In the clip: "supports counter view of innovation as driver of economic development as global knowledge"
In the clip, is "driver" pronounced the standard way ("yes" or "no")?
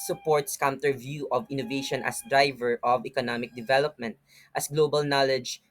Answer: yes